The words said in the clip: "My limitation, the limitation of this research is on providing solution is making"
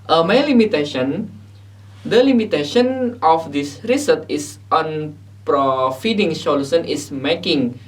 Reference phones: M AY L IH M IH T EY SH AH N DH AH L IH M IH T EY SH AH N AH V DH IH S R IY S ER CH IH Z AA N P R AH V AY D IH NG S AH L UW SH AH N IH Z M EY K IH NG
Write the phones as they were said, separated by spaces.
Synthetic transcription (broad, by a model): M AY L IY M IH T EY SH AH N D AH L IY M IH T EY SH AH N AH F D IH S R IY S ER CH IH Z AA N P R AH F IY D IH NG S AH L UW S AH N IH S M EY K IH NG